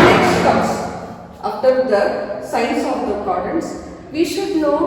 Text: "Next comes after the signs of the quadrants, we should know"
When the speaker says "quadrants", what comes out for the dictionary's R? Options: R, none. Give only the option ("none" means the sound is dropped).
none